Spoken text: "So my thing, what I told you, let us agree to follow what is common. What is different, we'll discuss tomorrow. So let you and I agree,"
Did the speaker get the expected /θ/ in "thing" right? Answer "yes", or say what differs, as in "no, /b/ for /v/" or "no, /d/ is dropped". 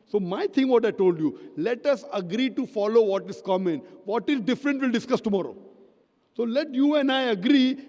no, /t/ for /θ/